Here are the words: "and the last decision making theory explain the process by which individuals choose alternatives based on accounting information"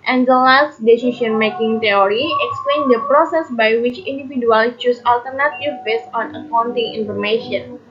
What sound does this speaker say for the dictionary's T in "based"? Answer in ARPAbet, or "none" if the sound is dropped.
none